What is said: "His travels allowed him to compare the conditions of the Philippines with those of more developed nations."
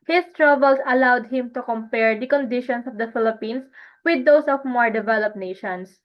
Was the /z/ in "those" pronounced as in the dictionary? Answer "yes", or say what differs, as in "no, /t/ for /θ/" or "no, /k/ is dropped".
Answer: no, /s/ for /z/